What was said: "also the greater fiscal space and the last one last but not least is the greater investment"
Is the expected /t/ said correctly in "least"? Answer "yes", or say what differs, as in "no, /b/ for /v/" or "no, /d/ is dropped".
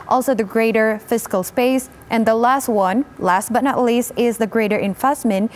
yes